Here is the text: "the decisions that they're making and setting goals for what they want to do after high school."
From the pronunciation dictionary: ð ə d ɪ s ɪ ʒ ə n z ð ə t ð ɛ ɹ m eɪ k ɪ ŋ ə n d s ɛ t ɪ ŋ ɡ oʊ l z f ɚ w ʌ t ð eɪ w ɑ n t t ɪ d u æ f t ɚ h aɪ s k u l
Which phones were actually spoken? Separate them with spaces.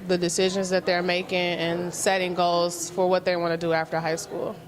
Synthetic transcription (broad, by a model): ð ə d ɪ s ɪ ʒ ə n z ð ə t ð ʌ ɹ m eɪ k ɪ ŋ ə n s ɛ t ɪ ŋ ɡ oʊ l z f ɚ w ʌ t ð eɪ w ɑ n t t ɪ d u æ f t ɚ h aɪ s k u l